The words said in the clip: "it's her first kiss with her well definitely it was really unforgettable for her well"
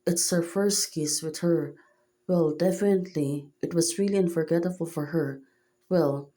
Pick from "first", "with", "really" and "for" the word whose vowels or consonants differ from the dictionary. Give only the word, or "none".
none